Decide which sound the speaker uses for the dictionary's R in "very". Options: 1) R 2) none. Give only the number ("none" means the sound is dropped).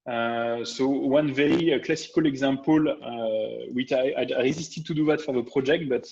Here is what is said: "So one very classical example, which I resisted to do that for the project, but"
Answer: 2